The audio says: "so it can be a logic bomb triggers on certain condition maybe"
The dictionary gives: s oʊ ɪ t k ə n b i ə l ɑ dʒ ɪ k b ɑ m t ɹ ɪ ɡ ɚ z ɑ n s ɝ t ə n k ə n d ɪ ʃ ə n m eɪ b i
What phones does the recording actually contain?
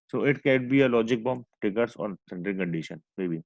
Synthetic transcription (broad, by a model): s oʊ ɪ t k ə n b i ə l ɑ dʒ ɪ k b ɑ m t ɪ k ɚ s ɑ n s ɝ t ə l k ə n d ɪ ʃ ə n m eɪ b i